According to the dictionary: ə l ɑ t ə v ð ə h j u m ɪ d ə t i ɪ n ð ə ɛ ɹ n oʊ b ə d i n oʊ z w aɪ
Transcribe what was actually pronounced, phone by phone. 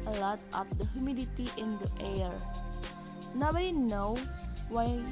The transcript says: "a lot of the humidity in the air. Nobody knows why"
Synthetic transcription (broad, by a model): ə l ɑ t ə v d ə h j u m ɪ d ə t i ɪ n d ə ɛ ɹ n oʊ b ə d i n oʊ w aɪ